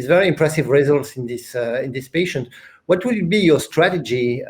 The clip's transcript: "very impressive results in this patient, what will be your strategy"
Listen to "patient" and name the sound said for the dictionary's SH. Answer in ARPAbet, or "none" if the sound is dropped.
SH